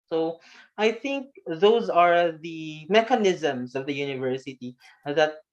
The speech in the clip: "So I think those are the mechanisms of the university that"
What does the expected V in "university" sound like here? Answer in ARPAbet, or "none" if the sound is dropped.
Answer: V